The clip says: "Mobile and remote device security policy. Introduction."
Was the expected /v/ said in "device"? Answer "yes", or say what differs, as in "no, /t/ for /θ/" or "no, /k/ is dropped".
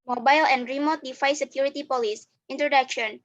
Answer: no, /f/ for /v/